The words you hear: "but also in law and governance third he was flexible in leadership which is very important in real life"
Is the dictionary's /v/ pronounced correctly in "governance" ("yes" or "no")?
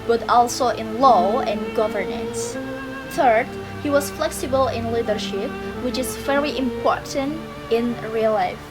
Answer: yes